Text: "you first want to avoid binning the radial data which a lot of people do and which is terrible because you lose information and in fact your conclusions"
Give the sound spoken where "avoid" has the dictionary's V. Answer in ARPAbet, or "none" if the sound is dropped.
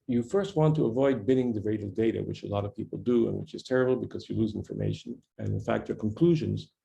V